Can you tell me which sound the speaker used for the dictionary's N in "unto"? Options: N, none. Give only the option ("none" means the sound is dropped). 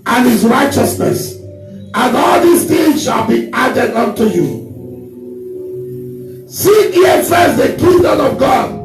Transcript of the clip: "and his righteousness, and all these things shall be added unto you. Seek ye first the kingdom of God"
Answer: N